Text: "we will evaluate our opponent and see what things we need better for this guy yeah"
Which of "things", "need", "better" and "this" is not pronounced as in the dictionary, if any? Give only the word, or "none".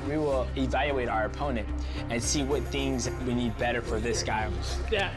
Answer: none